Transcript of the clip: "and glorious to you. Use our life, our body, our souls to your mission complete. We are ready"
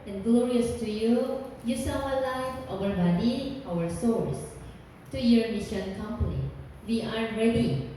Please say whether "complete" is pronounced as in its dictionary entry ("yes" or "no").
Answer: no